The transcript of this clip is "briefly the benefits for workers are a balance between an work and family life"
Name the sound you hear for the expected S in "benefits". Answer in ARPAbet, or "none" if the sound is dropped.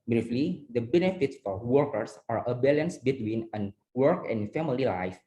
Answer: S